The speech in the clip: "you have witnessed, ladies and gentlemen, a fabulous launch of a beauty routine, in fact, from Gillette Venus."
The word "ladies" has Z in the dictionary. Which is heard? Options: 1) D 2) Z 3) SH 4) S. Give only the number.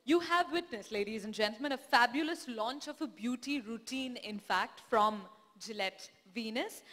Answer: 2